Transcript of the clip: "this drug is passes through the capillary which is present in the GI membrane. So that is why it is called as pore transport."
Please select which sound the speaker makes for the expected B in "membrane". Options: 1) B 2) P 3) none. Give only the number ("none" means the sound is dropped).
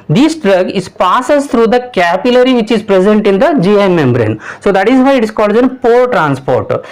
1